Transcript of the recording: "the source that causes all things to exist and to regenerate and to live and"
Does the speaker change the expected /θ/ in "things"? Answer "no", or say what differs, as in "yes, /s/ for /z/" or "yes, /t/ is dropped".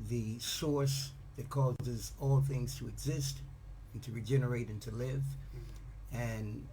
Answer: no